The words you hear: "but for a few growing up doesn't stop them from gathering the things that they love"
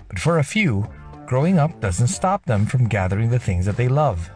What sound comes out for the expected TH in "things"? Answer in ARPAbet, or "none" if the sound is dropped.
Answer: TH